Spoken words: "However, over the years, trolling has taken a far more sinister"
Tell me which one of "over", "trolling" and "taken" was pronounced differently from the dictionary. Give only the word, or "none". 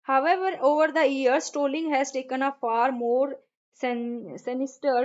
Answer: trolling